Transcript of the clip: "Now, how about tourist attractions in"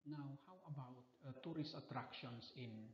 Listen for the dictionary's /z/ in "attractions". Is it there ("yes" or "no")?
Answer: no